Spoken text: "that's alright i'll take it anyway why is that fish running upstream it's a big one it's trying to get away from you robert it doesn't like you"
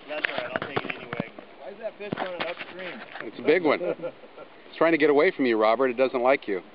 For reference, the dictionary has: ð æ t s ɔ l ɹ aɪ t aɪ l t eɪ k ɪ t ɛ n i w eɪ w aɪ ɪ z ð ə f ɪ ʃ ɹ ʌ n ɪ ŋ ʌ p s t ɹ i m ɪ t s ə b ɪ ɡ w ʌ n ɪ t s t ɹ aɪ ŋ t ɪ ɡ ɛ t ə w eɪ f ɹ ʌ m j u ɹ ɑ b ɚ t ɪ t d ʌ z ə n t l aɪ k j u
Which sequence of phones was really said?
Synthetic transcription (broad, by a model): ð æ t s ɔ ɹ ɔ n t eɪ k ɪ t ɛ n i w eɪ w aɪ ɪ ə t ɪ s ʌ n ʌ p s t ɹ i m ɪ t s ə b ɪ ɡ w ʌ n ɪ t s t ɹ aɪ ŋ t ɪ ɡ ɛ t ə w eɪ f ɹ ʌ m j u ɹ ɑ b ɚ t ɪ t d ʌ z ə n t l aɪ k j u